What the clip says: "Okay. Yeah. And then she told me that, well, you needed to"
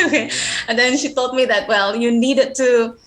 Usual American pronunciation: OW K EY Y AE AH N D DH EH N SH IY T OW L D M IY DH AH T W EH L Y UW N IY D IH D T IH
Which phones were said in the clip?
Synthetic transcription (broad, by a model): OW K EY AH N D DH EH N SH IY T OW L D M IY DH AH T W EH L Y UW N IY D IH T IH